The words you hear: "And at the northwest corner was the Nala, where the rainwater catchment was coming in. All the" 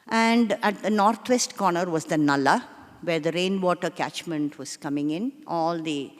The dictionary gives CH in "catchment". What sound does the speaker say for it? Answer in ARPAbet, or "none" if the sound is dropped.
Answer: CH